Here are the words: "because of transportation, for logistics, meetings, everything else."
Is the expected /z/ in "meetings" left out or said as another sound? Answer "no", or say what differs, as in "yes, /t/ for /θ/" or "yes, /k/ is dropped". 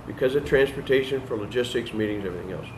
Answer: no